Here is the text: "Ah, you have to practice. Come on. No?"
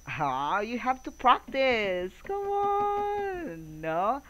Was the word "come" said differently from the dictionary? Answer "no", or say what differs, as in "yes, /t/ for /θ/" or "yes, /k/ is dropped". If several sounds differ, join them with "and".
yes, /m/ is dropped